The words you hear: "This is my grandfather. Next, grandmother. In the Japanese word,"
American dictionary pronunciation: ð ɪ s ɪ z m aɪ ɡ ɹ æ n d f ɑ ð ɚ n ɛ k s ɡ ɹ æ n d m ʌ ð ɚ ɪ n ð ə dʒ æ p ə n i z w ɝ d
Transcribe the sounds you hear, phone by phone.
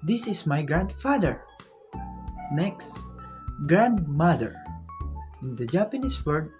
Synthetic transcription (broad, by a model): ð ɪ s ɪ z m aɪ ɡ ɹ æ n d f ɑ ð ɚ n ɛ k s ɡ ɹ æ n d m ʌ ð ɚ ɪ n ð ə dʒ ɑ p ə n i s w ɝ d